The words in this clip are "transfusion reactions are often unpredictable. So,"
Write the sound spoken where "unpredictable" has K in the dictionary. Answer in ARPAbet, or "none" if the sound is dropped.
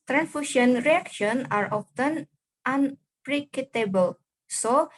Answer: none